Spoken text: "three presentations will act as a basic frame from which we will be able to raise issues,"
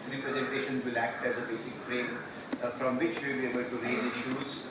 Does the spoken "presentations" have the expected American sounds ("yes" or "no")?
yes